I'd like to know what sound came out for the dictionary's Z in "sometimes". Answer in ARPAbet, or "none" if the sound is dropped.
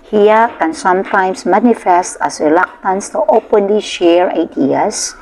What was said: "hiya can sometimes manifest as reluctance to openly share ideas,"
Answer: S